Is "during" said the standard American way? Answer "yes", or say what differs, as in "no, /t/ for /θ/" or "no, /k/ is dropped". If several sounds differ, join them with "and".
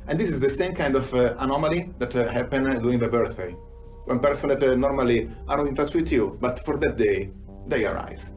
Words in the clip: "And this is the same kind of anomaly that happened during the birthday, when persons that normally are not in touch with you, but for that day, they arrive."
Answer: no, /ɹ/ is dropped